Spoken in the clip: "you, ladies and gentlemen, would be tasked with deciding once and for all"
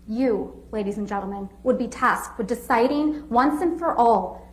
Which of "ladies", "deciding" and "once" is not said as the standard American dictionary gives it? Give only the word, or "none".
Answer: none